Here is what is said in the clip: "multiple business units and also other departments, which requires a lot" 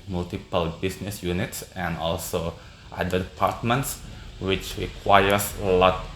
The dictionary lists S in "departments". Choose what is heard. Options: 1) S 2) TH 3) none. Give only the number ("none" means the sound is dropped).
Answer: 1